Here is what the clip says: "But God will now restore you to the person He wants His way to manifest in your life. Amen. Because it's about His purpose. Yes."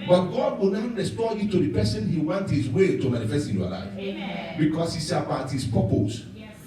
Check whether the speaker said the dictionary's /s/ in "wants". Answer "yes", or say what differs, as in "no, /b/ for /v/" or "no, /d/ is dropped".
no, /s/ is dropped